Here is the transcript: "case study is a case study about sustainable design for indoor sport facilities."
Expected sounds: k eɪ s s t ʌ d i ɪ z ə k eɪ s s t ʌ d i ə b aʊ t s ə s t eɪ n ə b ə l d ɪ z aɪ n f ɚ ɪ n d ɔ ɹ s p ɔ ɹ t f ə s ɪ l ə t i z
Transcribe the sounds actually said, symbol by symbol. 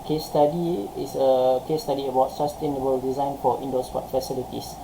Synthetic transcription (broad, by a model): k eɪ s s t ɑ d i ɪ s ə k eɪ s s t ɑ d i ə b aʊ t s ə s t eɪ n ə b ə l d ɪ z aɪ n f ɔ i n d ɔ s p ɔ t f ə s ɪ l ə t i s